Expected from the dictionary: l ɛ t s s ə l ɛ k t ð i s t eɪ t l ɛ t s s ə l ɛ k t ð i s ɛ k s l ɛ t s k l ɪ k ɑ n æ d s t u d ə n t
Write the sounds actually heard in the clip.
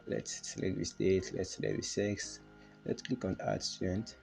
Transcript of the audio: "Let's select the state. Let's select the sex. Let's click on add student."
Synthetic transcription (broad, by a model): l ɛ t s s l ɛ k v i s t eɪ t l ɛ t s s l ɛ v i s ɛ k s l ɛ t s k l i k ɑ n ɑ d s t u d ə n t